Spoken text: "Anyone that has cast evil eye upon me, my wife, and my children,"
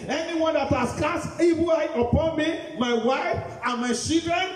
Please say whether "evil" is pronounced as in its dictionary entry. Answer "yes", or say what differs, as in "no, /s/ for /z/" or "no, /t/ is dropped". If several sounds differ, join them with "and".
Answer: no, /b/ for /v/